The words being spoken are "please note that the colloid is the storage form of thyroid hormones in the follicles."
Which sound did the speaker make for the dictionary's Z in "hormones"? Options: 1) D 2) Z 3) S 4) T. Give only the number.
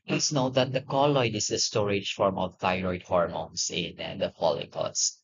3